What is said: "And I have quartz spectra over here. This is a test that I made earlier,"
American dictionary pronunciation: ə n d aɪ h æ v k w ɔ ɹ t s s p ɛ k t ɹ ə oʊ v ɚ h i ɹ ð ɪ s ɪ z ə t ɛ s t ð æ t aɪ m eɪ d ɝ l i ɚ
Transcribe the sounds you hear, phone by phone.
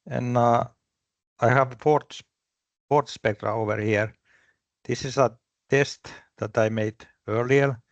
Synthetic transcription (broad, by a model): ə n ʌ aɪ h æ v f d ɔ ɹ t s s p ɛ k t ɹ ə oʊ v ɚ h i ɹ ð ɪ s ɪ s ə t ɛ s t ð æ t aɪ m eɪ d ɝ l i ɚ